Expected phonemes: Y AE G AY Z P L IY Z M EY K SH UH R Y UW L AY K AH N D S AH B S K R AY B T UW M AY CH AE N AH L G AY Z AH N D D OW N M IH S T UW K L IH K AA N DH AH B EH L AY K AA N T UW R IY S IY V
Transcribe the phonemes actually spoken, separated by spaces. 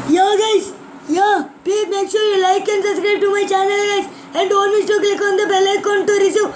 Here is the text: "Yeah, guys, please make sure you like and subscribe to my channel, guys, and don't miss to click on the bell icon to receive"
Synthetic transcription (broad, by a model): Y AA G AY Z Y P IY M EY K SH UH R Y UW L AY K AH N S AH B S K R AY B T UW M AY CH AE N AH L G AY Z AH N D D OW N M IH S T UW K L IH K AA N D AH B EH L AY K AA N T UW R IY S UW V